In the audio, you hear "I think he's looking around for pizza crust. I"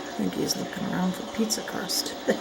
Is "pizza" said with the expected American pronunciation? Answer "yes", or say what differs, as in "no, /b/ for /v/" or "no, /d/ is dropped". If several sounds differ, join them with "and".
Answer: yes